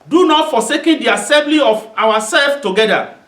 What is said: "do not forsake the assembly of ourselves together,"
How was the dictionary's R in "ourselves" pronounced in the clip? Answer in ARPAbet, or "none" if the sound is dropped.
W